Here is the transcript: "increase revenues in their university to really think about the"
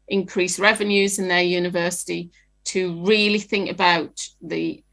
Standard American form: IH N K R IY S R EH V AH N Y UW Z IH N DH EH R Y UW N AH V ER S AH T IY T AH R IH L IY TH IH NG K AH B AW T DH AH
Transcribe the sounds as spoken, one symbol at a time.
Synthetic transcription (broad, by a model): IH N K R IY S R EH V AH N Y UW Z IH N DH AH Y UW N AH V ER S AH T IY T AH R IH L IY TH IH NG K AH B AW T DH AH